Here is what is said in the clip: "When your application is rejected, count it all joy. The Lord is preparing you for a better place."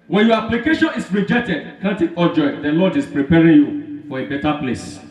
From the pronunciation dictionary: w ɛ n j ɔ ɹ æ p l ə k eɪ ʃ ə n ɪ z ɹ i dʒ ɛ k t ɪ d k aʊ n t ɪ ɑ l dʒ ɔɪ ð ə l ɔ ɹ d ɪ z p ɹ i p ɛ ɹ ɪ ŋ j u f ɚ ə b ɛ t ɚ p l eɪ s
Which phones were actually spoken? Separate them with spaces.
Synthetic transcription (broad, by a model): w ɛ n j ɔ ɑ p l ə k eɪ ʃ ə n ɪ s ɹ i dʒ ɛ k t ɪ d k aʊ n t ɪ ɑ dʒ ɔɪ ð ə l ɔ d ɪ s p ɹ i p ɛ ɹ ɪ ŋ j u f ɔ ə b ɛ t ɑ p l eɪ s